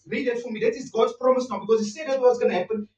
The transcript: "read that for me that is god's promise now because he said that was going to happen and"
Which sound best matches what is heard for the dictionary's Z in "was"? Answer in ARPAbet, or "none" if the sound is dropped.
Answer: S